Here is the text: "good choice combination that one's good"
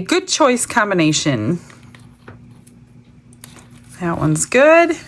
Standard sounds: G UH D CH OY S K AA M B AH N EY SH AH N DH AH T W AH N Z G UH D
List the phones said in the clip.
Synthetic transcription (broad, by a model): G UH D CH OY S K AA M B AH N EY SH AH N DH AH T W AH N Z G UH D